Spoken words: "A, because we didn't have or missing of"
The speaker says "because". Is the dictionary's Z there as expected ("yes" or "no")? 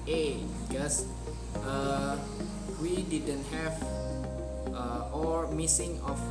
no